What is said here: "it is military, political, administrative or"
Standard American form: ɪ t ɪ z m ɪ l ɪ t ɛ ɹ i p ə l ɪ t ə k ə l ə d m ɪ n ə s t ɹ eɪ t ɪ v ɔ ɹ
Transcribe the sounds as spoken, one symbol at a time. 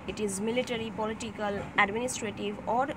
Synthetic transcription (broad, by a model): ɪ t ɪ z m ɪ l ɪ t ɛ ɹ i p ə l ɪ t ə k ə l ə d m ɪ n ə s t ɹ eɪ t ɪ v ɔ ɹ